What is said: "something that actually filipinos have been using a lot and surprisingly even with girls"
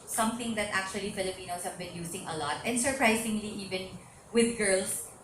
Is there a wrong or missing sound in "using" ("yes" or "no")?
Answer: yes